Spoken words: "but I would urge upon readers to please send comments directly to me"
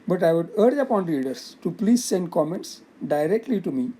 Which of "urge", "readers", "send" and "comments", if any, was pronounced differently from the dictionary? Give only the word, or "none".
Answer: readers